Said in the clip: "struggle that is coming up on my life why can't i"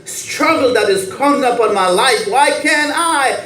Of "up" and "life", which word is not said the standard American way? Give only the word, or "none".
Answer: none